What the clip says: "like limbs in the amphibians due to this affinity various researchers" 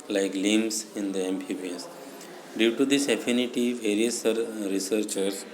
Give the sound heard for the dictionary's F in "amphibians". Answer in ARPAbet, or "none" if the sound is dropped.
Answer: P